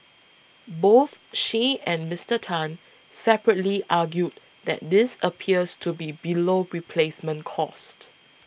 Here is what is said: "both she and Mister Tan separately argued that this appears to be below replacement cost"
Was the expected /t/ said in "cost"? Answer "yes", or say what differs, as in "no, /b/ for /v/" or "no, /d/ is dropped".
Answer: yes